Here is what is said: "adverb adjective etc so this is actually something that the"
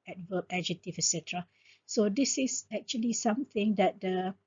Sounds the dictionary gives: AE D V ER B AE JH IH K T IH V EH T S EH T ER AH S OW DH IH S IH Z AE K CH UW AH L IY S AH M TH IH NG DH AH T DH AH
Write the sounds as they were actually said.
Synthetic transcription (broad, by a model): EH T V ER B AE JH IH T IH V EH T S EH T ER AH S OW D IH S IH S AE K CH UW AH L IY S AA M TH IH NG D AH T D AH